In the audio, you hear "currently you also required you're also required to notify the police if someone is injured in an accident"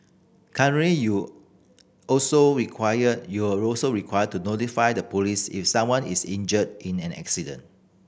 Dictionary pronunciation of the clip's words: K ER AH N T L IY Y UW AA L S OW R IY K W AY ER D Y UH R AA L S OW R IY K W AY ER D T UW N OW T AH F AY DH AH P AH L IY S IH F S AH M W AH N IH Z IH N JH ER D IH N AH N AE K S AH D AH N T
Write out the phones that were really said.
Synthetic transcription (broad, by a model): K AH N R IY Y UW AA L S OW R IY K W AY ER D Y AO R AA L S OW R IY K W AY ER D T UW N OW T AH F AY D AH P AH L IY S IH F S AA M W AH N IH S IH N JH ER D IH N AH N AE K S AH D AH N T